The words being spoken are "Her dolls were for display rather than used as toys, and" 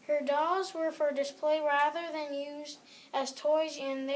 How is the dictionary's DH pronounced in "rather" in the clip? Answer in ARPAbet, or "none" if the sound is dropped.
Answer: DH